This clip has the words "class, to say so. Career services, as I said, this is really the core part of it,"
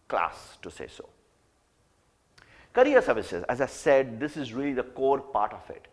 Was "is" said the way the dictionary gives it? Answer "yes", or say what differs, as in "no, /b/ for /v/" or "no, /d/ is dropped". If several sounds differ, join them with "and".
yes